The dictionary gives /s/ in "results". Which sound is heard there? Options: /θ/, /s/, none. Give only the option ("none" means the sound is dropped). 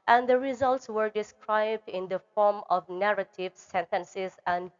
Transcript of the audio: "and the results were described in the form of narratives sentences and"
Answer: /s/